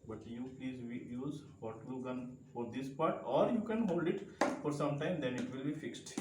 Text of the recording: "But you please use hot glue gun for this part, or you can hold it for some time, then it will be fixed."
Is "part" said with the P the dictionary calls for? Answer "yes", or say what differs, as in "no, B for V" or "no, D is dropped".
yes